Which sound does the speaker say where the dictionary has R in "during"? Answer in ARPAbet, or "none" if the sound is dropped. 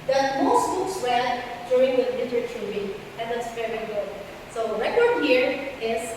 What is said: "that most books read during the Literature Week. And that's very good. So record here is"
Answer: none